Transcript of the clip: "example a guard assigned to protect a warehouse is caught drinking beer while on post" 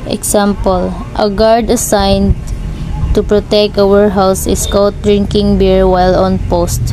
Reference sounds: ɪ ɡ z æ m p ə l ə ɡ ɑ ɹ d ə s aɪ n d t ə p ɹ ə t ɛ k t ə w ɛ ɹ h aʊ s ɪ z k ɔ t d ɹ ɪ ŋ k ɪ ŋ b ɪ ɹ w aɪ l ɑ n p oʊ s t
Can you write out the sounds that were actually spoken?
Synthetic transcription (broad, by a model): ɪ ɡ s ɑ m p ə l ə ɡ ɑ ɹ d ə s aɪ n d t ə p ɹ ə t ɛ k t ə w ɛ ɹ h aʊ s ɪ s k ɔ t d ɹ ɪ ŋ k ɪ ŋ b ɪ ɹ w aɪ l ɑ n p oʊ s t